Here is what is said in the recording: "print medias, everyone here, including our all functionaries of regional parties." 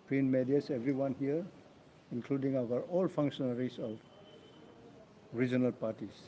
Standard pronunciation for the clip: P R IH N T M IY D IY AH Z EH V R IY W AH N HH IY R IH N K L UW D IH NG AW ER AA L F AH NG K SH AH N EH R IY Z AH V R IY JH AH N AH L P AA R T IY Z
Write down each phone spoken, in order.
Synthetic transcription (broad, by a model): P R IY N M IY D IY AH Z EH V R IY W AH N HH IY R IH N K L UW D IH NG AW ER AA L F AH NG K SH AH N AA R IY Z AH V R IY JH AH N AH L P AA R T IY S